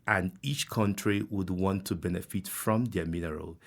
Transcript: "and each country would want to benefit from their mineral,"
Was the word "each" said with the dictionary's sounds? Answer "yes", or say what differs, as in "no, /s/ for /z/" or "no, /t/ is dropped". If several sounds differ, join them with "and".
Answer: yes